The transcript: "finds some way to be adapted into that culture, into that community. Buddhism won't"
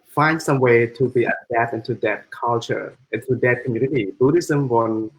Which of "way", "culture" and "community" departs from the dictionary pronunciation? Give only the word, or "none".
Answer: none